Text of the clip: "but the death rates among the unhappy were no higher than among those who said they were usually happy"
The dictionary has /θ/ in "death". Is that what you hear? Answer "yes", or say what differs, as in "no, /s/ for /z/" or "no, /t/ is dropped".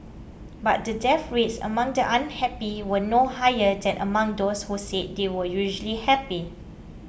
no, /f/ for /θ/